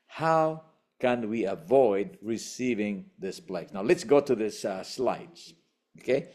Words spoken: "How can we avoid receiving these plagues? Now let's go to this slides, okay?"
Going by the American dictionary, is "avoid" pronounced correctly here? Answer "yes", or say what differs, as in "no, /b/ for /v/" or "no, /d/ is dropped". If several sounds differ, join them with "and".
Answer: yes